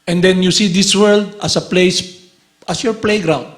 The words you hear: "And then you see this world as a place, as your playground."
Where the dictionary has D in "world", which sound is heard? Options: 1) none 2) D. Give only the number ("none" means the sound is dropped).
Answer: 2